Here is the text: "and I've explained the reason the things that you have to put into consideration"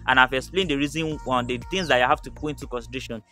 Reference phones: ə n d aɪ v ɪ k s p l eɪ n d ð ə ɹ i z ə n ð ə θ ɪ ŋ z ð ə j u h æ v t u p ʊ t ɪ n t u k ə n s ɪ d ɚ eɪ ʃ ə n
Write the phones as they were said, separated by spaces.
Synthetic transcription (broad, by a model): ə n aɪ v ɪ k s p l eɪ n d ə ɹ i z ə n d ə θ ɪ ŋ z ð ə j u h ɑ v t u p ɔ ɪ n t u k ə n s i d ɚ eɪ ʃ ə n